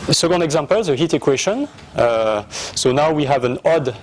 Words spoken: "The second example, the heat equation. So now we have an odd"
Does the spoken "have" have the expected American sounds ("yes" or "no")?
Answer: yes